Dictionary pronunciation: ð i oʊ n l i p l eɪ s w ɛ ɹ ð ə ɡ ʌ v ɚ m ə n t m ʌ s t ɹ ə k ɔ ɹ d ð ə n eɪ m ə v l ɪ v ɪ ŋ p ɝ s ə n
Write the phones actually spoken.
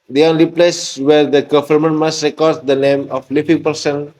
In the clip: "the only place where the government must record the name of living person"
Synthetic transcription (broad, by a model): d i oʊ n l i p l eɪ s w ɛ ɹ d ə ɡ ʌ f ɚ m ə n m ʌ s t ɹ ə k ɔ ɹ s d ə n eɪ m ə f l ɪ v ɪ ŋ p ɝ s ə n